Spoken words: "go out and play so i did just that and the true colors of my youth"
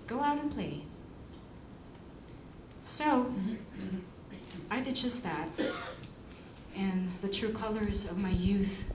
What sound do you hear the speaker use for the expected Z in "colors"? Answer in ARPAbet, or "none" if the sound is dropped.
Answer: Z